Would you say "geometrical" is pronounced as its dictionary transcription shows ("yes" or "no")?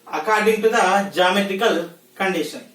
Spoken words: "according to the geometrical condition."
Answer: no